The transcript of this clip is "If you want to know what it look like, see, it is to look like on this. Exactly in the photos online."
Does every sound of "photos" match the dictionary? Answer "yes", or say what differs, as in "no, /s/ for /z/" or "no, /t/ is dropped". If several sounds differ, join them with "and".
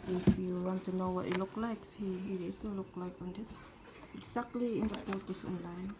no, /p/ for /f/ and /s/ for /z/